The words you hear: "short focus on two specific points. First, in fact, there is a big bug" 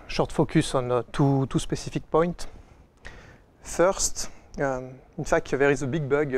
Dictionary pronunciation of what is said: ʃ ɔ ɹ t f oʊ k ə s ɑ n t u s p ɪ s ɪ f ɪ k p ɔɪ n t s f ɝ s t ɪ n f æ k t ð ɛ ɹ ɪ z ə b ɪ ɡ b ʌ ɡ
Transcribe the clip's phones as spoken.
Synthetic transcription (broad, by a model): ʃ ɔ ɹ t f oʊ k ə s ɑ n t u s p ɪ s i f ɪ k p ɔɪ n t f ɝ s t ɪ n f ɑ k t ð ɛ ɹ ɪ z ə b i ɡ b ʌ ɡ